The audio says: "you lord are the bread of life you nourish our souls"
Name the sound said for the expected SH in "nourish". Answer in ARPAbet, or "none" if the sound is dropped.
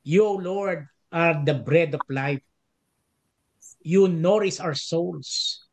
S